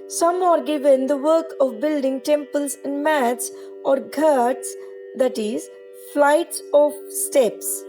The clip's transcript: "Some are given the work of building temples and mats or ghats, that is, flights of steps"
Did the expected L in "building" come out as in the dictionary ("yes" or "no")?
yes